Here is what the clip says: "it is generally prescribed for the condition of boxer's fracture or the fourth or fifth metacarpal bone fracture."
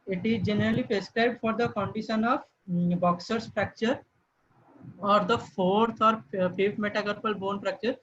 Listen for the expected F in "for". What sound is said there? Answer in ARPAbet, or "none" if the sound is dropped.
F